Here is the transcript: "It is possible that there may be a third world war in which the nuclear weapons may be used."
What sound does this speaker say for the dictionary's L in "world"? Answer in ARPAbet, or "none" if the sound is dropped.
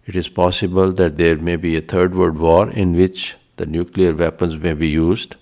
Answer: none